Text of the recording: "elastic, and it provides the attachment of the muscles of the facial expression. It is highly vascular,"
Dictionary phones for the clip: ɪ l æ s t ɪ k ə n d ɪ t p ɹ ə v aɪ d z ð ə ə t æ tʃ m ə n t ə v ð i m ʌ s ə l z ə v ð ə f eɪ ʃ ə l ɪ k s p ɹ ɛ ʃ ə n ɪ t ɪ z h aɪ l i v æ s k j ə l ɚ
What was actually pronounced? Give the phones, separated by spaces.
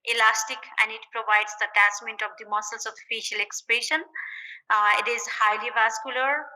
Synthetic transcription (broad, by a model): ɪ l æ s t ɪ k ə n d ɪ t p ɹ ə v aɪ d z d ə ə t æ s m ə n t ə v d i m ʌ s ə l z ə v f eɪ ʃ ə l ɪ k s p ɹ ɛ ʃ ə n ɪ t ɪ z h aɪ l i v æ s k j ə l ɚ